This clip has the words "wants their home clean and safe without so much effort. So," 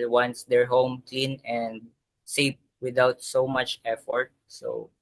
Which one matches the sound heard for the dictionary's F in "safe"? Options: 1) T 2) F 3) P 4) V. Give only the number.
3